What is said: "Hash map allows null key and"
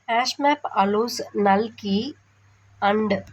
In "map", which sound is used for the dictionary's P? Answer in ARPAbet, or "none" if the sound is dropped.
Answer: P